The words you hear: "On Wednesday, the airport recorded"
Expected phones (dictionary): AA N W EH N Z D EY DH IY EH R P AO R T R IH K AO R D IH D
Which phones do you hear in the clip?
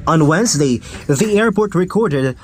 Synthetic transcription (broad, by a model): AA N W EH N Z D EY DH IY EH R P AO R T R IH K AO R D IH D